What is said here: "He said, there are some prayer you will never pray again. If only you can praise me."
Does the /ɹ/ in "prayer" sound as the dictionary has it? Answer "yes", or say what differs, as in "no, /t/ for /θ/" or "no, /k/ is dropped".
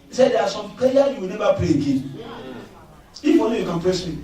no, /ɹ/ is dropped